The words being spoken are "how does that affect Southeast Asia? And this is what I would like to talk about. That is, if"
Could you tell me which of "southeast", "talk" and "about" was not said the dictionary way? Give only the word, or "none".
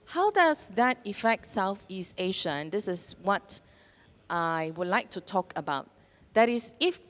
none